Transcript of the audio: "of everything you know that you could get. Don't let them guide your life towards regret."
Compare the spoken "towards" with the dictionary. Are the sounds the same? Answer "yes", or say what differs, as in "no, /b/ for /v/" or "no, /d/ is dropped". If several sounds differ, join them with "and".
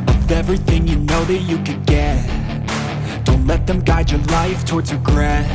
yes